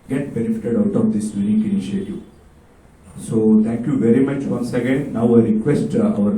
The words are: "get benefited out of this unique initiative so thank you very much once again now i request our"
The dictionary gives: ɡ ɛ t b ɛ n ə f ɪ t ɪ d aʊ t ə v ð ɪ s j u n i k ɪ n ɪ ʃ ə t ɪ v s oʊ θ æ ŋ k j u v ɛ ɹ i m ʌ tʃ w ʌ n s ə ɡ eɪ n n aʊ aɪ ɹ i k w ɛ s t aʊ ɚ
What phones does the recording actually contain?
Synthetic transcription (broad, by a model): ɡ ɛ t b ɛ n ə f ɪ t ɪ d aʊ t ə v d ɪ s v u l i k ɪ n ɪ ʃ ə t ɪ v s oʊ t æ ŋ k j u v ɛ ɹ i m ʌ tʃ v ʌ n s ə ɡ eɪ n n aʊ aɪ ɹ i k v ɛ s t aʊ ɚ